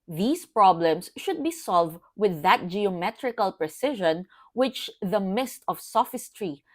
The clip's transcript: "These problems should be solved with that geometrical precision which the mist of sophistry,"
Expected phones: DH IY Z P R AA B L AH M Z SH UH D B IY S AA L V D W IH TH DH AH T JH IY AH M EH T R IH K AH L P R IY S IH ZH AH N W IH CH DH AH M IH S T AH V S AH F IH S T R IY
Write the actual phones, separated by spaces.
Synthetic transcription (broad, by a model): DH IY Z P R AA B L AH M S SH UH D B IY S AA L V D W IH DH AH T JH IY AH M EH T R IH K AH L P R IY S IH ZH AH N W IH CH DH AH M IH S T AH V S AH F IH S T R IY